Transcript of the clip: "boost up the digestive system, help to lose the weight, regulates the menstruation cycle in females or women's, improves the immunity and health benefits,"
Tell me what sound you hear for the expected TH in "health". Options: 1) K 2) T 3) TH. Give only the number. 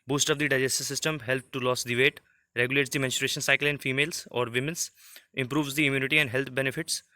2